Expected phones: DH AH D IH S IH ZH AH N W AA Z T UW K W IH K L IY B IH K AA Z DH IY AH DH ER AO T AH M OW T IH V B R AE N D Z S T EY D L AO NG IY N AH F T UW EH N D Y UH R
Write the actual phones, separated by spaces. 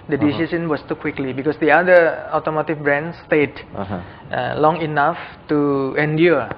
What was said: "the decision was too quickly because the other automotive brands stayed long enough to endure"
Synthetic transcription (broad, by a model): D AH D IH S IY S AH N W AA S T UW K W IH K L IY B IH K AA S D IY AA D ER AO T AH M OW T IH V B R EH N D S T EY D L AO NG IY N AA F T UW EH N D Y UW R